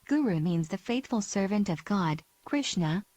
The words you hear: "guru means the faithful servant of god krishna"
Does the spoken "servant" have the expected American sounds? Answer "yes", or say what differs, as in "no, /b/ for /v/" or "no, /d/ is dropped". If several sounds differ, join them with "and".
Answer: yes